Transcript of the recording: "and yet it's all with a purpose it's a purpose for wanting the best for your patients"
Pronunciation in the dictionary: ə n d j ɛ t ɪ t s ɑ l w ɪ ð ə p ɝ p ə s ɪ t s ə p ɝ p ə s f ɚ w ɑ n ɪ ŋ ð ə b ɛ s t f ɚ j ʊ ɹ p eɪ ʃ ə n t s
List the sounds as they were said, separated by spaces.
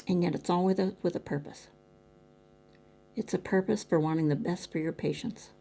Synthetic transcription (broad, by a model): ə n j ɛ t ɪ t s ɑ l w ɪ ð ə p ɝ p ə s ɪ t s ə p ɝ p ə s f ɚ w ɑ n ɪ ŋ ð ə b ɛ s t f ɚ j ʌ ɹ p eɪ ʃ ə n t s